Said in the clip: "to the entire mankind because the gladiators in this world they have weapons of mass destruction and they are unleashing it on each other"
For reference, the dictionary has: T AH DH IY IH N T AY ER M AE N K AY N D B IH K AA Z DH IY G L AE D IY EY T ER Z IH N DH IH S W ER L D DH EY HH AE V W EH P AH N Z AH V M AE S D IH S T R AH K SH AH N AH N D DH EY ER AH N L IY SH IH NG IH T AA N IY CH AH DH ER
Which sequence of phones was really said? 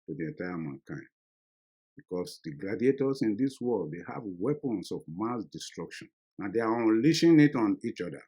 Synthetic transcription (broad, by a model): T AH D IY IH N T AY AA M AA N K AY N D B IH K AA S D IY G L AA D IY EY T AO S IH N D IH S W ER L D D EY HH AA V W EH P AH N S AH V M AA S D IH S T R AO K SH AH N AH N D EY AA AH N L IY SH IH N IH T AA N IY CH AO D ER